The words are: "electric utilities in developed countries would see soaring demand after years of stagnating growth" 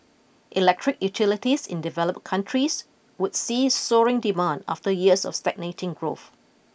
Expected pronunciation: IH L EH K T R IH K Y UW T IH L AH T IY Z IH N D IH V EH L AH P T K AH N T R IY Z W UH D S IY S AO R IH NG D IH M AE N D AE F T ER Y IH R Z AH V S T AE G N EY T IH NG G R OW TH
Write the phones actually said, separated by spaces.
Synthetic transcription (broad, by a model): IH L EH K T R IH K Y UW T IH L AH T IY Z IH N D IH V EH L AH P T K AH N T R IY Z W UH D S IY S AO R IH NG D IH M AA N D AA F T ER Y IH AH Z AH F S T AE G N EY T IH NG G R OW TH